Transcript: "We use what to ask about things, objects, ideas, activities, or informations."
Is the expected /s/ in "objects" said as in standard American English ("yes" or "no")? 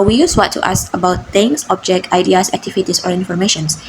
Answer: no